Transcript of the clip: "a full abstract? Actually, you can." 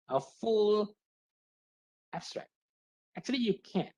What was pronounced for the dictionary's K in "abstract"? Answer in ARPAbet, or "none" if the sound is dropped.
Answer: K